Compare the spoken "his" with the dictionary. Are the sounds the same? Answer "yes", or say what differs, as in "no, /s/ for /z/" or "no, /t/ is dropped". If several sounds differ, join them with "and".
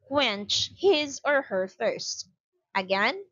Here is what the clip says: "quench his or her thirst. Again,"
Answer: yes